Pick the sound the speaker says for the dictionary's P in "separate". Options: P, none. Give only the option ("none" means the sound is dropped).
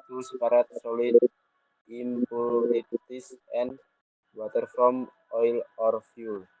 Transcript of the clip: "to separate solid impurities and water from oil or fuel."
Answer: none